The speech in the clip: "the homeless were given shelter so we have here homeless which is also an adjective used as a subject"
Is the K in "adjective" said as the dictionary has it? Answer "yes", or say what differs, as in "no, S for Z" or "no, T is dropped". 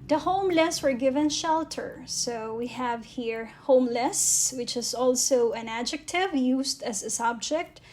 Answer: yes